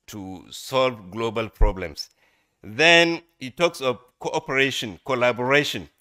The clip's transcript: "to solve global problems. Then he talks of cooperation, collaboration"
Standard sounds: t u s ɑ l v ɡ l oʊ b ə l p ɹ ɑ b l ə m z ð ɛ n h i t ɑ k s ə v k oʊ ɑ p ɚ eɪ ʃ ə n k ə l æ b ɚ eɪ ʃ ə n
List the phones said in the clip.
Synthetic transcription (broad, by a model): t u s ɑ l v ɡ l oʊ b ə l p ɹ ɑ b l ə m s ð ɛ n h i t ɑ k s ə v k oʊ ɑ p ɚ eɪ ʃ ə n k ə l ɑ b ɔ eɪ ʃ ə n